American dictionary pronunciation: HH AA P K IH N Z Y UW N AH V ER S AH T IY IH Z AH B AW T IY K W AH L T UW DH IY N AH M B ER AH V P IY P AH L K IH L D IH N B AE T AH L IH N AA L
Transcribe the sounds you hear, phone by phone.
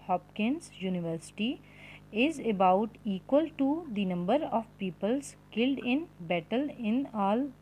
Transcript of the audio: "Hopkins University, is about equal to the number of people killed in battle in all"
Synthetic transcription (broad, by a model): HH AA P K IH N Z Y UW N AH V ER S AH T IY IH Z AH B AW T IY K W AH L T UW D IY N AH M B ER AH V P IY P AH L K IH L D IH N B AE T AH L IH N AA L